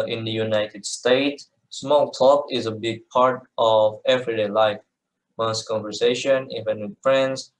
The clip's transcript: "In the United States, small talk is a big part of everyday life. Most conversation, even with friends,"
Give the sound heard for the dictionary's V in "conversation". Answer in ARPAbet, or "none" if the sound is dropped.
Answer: V